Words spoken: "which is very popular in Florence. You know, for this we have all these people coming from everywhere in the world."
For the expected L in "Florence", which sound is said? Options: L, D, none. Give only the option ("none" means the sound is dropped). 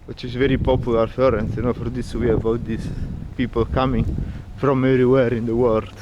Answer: none